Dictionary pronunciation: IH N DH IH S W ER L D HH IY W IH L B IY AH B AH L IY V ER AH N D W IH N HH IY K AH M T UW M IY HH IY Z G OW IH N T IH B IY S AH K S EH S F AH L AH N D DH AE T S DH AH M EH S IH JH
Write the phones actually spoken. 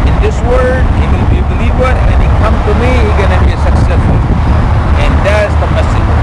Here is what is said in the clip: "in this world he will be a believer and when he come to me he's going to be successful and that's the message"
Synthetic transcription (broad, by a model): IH N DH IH S W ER D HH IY W IH L B IY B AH L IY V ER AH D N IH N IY K AH M T UW M IY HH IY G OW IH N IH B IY S AH K S EH S F AH L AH N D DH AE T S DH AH M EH S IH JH